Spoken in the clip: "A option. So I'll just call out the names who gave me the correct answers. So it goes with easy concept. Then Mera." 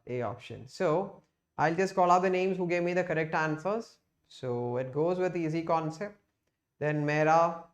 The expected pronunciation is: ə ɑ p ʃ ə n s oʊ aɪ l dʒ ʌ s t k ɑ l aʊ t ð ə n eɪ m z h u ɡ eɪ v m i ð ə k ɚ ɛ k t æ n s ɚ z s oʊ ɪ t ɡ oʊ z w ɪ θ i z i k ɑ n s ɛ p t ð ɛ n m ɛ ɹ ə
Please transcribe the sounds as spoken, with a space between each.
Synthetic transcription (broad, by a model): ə ɑ p ʃ ə n s oʊ aɪ l dʒ ʌ s t k ɑ l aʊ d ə n eɪ m z h u ɡ eɪ v m i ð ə k ɚ ɛ k t æ n s ɚ z s oʊ ɪ t ɡ oʊ z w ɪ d i z i k ɑ n s ɛ p t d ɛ n m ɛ ɹ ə